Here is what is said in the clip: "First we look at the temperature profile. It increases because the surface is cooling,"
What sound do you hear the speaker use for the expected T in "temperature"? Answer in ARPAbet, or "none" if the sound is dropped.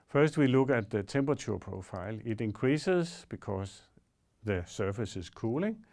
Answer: S